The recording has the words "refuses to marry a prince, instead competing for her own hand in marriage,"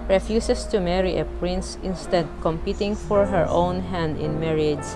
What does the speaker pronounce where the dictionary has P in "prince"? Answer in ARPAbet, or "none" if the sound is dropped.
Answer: P